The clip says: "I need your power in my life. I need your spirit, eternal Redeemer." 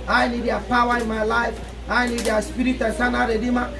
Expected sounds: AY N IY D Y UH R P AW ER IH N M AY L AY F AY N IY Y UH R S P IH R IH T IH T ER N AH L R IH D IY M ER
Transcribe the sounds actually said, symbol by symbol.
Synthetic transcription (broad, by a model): AY N IY D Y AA P AW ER IH N M AY L AY F AY N IY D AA S P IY R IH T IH S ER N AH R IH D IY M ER